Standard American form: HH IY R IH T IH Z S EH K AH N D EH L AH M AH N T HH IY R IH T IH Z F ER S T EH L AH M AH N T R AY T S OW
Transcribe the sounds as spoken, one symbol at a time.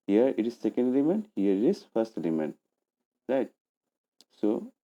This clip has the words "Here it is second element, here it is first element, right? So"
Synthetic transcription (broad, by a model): HH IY R IH T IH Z S EH K AH N D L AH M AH N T HH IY R IH T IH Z F ER S T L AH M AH N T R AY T S OW